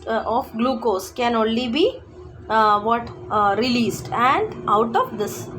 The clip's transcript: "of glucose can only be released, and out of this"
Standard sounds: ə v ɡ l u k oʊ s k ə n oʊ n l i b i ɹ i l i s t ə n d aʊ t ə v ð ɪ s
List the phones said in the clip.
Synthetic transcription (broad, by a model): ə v ɡ l u k oʊ s k ə n oʊ n l i b i ɹ i l i s t ə n d aʊ t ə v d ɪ s